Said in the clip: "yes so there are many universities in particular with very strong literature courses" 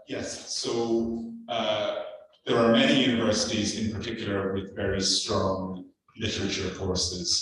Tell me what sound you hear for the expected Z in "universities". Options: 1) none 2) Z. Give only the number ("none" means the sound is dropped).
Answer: 2